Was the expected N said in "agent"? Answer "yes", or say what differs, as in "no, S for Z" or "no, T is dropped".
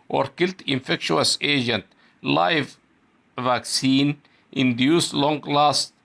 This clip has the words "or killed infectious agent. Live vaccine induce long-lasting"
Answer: yes